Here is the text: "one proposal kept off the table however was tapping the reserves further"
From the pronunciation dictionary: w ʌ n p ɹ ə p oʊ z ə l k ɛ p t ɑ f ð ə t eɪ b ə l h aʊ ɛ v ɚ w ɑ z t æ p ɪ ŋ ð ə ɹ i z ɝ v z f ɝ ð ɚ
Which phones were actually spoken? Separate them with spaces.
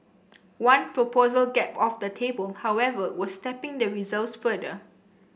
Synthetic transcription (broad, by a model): w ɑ n p ɹ ə p oʊ z ə l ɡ ɛ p ɑ f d ə t eɪ b ə l h aʊ ɛ v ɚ w ɑ s t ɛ p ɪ ŋ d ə ɹ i z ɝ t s f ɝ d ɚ